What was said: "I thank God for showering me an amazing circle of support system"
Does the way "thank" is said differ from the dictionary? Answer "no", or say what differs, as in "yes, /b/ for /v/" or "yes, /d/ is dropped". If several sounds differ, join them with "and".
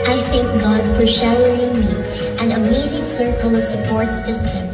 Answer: no